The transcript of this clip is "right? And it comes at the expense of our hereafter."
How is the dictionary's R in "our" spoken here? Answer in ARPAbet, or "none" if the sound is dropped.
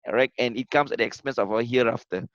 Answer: L